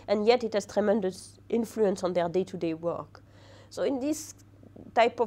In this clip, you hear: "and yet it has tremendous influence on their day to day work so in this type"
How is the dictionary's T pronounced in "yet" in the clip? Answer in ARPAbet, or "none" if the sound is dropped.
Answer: T